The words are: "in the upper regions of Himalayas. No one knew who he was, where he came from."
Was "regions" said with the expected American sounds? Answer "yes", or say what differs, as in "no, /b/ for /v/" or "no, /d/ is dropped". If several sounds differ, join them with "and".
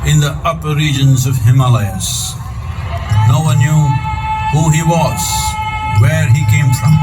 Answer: yes